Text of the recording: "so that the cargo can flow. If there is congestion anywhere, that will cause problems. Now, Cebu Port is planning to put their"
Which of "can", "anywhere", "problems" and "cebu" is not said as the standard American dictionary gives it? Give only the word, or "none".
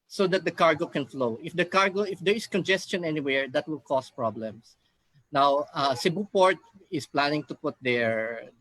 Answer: problems